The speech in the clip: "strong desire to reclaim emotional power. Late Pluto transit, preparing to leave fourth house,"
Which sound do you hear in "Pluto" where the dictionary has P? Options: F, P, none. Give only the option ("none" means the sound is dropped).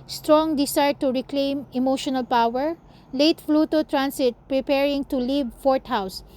F